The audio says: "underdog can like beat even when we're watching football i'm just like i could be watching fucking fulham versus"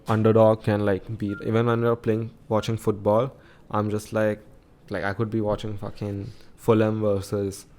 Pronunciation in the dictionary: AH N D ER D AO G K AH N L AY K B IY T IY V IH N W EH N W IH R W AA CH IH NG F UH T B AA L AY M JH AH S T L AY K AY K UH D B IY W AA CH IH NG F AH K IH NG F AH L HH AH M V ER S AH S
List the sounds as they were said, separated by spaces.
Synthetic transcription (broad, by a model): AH N D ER D AO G K AH N L AY K B IY IY V IH N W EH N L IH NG W AA CH IH NG F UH T B AA L AY M JH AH S T L AY K AY K UH D B IY W AA CH IH NG F AH K IH NG F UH L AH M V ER S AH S